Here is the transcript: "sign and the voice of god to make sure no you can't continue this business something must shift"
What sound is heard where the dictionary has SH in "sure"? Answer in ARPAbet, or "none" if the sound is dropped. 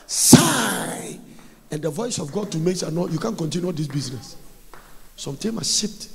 S